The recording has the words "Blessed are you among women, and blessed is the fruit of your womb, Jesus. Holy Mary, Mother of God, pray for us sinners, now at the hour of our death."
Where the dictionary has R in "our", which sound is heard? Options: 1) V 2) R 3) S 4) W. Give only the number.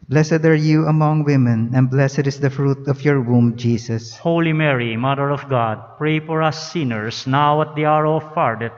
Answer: 2